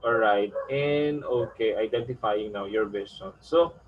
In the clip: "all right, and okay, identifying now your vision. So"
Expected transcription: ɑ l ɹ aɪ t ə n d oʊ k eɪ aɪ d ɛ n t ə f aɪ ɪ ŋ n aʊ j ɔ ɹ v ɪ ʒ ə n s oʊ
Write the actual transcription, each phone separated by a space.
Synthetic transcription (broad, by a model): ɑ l ɹ aɪ t ə n d oʊ k eɪ aɪ d ɛ n t ə f aɪ ɪ ŋ n aʊ j ɔ ɹ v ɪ s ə n s oʊ